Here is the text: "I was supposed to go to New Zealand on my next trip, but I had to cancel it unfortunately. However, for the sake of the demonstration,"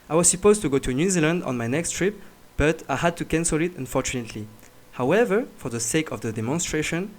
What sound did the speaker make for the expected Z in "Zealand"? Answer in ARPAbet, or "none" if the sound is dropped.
Z